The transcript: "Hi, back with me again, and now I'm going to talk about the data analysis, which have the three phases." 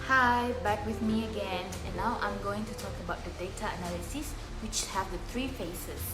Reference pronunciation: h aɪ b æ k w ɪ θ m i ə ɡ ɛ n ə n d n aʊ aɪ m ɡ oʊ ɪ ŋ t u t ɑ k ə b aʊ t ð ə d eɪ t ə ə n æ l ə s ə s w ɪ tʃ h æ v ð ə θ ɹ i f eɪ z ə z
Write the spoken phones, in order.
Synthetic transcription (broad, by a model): h aɪ b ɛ k w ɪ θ m i ə ɡ ɛ n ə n n aʊ aɪ m ɡ oʊ ɪ ŋ t u t ɑ k ə b aʊ t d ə d eɪ t ə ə n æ l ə s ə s w ɪ tʃ h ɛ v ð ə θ ɹ i f eɪ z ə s